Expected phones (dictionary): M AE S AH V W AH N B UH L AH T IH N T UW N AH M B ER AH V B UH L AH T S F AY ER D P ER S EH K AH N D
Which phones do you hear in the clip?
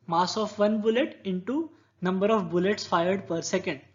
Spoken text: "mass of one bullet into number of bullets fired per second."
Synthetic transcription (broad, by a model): M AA S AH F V AH N B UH L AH T IH N T UW N AH M B ER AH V B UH L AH T S F AY ER D P ER S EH K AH N D